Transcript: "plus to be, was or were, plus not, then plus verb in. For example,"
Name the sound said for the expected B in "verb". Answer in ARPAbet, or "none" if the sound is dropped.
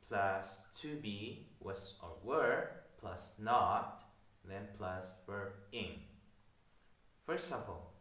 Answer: none